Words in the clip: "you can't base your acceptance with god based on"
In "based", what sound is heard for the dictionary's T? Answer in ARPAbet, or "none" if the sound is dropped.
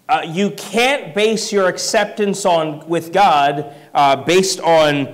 T